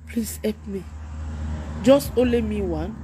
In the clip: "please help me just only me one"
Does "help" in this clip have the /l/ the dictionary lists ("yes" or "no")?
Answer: no